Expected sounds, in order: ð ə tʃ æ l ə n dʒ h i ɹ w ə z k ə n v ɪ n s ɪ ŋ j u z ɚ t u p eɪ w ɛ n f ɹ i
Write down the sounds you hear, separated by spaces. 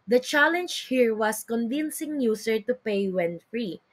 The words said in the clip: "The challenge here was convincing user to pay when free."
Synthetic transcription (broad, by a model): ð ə tʃ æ l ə n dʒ h i ɹ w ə s k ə n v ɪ n s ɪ ŋ j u s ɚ t u p eɪ w ɛ n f ɹ i